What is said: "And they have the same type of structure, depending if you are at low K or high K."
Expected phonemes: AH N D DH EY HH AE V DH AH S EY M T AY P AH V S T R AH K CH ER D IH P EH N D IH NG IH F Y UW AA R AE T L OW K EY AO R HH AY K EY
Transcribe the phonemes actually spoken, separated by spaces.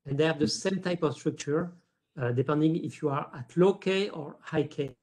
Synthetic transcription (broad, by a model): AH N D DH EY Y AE V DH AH S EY M T AY P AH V S T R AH K CH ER D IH P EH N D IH NG IH F Y UW AA R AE T L OW K EY AO R HH AY K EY